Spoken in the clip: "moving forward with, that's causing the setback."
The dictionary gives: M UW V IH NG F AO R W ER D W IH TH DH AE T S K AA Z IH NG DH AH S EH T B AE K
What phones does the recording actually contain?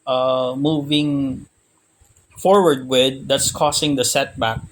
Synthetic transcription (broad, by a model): M UW V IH NG F AO R W ER D W IH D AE T S K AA S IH NG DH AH S EH T B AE K